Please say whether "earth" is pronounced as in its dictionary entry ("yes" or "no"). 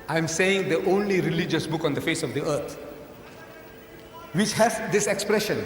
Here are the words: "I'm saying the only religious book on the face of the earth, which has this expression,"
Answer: no